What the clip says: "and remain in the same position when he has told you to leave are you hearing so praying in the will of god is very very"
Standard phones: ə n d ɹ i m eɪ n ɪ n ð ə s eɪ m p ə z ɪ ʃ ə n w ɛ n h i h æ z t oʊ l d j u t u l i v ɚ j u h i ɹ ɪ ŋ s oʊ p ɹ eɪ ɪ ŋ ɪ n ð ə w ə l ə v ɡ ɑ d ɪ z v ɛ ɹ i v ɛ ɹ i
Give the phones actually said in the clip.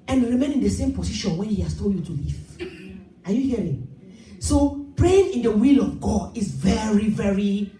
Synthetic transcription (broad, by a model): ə n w ɹ i m eɪ n ɪ n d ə s eɪ m p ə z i ʃ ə n w ɛ n h i h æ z t oʊ l d j u t u l i v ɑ j u h i ɹ ɪ ŋ s oʊ p ɹ eɪ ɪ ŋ ɪ n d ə w ə l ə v ɡ ɑ d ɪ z v ɛ ɹ i v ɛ ɹ i